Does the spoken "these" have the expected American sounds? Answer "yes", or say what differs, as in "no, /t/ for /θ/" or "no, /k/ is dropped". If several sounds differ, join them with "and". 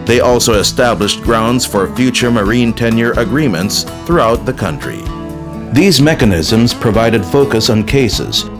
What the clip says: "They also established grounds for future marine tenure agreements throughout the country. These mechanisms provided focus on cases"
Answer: yes